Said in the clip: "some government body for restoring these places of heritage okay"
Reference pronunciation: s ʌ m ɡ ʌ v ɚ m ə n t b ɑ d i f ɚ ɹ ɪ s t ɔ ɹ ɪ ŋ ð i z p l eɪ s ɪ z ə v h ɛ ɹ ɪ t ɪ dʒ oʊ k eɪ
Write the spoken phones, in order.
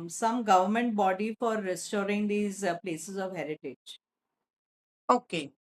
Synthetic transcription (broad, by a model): s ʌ m ɡ ʌ v ɚ m ə n t b ɑ d i f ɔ ɹ ɪ s t ɔ ɹ ɪ ŋ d i z p l eɪ s ɪ z ə v h ɛ ɹ ɪ t ɪ dʒ oʊ k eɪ